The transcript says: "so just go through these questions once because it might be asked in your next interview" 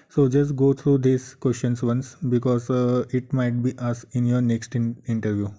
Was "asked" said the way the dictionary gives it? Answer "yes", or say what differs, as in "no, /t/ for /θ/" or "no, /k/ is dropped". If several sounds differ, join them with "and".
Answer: no, /t/ is dropped